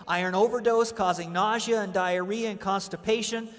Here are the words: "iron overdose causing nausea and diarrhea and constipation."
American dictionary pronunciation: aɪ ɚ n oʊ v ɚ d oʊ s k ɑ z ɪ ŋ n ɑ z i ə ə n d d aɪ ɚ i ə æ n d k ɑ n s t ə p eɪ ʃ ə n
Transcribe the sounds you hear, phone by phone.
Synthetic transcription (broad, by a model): aɪ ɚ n oʊ v ɚ d oʊ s k ɑ z ɪ ŋ n ɑ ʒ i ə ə n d d aɪ ɚ i ə n k ɑ n s t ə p eɪ ʃ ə n